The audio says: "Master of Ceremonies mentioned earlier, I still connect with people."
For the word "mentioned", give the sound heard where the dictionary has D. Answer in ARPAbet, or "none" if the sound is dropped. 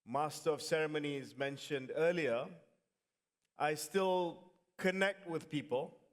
D